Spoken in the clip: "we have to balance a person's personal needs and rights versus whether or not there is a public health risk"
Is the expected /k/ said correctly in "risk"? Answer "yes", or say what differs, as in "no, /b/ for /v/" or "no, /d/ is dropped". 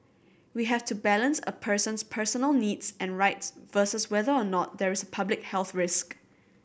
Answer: yes